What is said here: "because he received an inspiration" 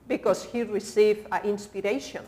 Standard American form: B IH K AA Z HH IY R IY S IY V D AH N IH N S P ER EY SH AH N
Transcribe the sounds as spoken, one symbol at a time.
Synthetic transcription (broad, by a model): B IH K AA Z HH IY R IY S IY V AH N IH N S P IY EY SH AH N